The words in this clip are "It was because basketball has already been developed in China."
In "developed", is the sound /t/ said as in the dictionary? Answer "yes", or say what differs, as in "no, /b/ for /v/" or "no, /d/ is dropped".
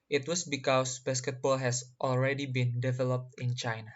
yes